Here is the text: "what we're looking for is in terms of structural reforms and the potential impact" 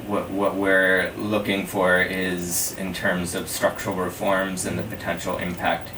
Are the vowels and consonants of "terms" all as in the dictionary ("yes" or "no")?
yes